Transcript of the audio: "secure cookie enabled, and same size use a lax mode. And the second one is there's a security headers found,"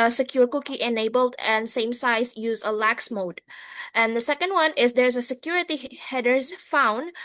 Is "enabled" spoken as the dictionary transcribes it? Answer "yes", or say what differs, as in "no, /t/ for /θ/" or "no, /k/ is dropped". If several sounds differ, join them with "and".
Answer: yes